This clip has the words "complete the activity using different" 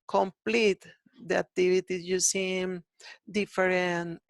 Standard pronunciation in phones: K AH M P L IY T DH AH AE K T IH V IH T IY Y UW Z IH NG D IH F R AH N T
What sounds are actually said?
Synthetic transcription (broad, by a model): K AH M P L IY T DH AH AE K T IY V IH T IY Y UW S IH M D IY F R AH N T